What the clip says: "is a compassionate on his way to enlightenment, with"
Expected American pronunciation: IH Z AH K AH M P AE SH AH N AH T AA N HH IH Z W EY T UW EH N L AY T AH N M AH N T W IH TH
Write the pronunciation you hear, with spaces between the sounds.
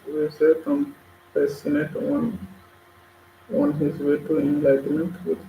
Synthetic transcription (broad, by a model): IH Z AH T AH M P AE S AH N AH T AA N HH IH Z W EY T UW EH N L AY T AH N M AH N T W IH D